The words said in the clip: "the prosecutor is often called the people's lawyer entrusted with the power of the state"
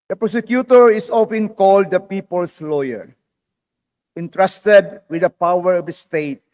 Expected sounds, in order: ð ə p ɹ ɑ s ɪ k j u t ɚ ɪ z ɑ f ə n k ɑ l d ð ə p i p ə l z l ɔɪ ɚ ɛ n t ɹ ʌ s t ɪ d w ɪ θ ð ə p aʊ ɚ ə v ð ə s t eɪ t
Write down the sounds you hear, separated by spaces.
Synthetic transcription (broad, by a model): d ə p ɹ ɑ s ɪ k j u t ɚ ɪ s ɑ f ə n k ɑ l d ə p i p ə l s l ɔɪ ɚ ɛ n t ɹ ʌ s t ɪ d w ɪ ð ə p aʊ ɚ ə v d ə s t eɪ t